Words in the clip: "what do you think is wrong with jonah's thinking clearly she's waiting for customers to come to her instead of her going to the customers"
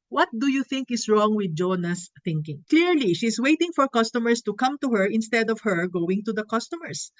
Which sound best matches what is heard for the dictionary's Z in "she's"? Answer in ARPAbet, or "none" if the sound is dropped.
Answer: S